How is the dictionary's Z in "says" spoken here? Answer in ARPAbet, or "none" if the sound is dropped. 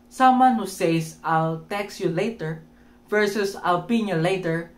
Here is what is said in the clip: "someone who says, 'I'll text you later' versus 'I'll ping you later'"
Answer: S